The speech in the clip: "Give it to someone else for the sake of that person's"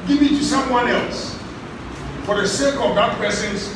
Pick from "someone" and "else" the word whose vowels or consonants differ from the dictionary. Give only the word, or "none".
none